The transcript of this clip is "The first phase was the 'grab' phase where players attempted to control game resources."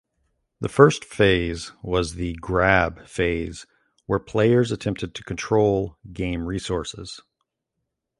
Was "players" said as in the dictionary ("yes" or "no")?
yes